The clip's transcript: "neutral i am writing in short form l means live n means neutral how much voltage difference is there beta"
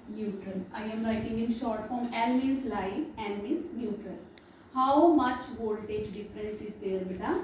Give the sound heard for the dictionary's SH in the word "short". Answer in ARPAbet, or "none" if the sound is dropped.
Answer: SH